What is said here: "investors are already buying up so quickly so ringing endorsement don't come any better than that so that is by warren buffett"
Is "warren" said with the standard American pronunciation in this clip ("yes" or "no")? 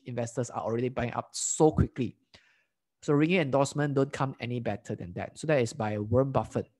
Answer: no